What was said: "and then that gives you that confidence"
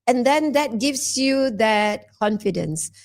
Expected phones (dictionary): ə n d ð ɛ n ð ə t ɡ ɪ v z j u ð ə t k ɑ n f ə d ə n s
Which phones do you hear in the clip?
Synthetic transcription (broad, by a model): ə n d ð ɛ n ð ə t ɡ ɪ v s j u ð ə t k ɑ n f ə d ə n s